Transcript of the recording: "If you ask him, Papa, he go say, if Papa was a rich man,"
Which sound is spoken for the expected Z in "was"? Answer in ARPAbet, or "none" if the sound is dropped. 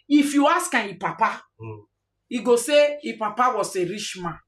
S